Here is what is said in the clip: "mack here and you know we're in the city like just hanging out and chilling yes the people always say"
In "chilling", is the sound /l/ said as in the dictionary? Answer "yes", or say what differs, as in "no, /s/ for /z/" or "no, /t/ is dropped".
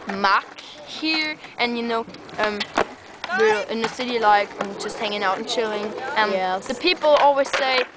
yes